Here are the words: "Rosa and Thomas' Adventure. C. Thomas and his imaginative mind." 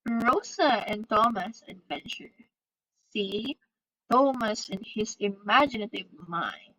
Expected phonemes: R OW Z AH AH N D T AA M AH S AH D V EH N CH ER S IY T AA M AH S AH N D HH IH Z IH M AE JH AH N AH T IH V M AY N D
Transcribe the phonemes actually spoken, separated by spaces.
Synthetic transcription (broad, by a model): R OW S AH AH N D T AA M AH S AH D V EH N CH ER S IY T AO M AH S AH N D HH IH S IH M AE JH AH N AH T IH V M AY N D